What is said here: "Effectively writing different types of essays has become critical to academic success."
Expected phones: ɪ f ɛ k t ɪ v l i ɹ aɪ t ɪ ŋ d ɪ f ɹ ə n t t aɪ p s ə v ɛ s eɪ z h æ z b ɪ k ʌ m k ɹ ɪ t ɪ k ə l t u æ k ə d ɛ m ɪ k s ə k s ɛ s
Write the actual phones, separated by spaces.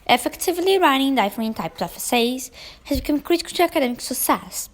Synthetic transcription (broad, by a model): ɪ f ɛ k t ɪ v l i ɹ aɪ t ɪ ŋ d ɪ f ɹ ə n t t aɪ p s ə f ɛ s eɪ z h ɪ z b ɪ k ʌ m k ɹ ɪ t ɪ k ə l t u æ k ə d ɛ m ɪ k s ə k s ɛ s